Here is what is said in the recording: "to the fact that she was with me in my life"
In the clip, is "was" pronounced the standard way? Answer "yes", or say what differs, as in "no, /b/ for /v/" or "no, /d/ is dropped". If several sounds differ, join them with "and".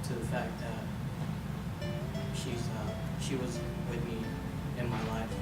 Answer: yes